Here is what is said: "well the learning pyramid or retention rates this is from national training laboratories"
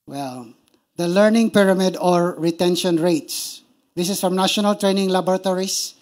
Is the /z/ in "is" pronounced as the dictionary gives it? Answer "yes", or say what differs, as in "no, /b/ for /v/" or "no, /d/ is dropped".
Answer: no, /s/ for /z/